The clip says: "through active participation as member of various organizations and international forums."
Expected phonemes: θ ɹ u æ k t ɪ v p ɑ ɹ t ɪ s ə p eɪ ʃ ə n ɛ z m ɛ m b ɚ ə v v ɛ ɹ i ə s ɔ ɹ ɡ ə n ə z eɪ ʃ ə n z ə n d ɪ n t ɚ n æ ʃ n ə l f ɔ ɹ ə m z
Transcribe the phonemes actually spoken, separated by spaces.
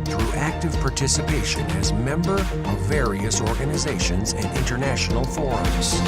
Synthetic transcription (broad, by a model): θ ɹ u æ k t ɪ v p ɑ ɹ t ɪ s ə p eɪ ʃ ə n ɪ z m ɛ m b ɚ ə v v ɛ ɹ i ə s ɔ ɹ ɡ ə n ə z eɪ ʃ ə n z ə n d ɪ n t ɚ n æ ʃ n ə l f ɔ ɹ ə m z